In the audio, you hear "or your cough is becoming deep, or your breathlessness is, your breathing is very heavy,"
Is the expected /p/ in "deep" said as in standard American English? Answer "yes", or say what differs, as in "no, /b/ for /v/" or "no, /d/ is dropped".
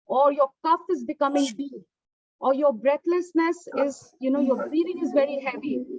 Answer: no, /p/ is dropped